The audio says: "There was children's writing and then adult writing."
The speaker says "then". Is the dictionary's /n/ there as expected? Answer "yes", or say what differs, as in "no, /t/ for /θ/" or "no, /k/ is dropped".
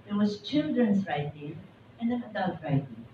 no, /n/ is dropped